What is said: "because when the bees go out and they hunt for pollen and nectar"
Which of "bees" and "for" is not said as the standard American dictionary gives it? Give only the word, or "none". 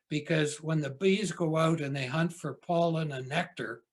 none